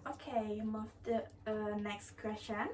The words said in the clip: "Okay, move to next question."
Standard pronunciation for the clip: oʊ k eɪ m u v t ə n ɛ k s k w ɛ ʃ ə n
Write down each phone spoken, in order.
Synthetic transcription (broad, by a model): oʊ k eɪ m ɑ f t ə n ɛ k s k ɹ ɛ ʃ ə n